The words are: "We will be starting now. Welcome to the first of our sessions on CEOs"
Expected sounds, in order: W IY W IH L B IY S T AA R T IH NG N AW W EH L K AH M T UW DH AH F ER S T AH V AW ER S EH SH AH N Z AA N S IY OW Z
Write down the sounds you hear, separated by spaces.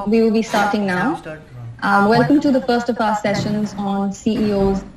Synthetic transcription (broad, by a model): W IY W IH L B IY S T AA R T IH NG N AW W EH L K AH M T UW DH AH F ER S T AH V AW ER S EH SH AH N Z AA N S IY OW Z